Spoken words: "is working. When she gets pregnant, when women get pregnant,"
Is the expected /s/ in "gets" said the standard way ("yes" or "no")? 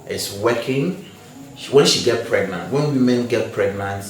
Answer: no